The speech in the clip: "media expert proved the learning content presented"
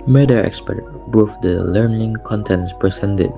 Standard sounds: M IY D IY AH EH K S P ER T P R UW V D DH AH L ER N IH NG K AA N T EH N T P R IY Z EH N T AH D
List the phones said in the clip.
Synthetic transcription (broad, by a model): M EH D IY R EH K S P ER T B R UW F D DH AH L ER N IH NG K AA N T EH N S P R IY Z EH N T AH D